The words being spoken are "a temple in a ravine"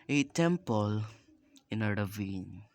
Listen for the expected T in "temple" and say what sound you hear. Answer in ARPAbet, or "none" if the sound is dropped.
T